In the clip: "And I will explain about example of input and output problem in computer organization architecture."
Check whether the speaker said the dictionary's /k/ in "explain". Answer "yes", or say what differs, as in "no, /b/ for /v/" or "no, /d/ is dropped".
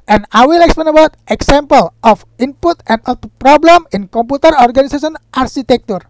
yes